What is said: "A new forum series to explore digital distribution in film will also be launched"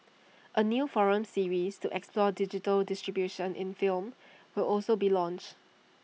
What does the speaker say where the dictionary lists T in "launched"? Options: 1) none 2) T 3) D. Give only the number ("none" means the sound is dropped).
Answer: 2